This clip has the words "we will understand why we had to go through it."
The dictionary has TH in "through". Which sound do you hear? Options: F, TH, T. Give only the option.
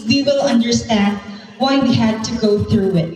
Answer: TH